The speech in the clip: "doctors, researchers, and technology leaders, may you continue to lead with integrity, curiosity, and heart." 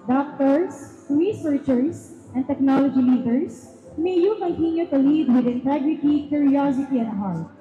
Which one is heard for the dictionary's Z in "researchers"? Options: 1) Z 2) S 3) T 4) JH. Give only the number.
2